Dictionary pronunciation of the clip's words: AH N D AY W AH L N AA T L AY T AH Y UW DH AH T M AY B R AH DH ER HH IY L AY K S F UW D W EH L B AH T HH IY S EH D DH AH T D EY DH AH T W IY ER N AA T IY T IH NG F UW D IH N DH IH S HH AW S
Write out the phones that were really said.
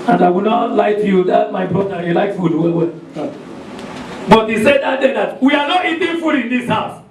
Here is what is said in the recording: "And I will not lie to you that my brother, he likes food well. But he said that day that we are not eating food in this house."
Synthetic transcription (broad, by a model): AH N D AY W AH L N AA T L AY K Y UW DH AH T M AY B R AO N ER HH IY L AY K F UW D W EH W B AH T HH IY S EH D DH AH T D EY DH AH T W IY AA N AA T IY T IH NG F UW D IH N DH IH S HH AW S